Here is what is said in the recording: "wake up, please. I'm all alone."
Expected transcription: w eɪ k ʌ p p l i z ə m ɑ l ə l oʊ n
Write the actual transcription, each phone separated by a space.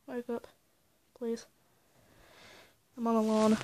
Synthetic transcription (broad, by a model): w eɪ k ʌ p p l i z ə m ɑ n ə l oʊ n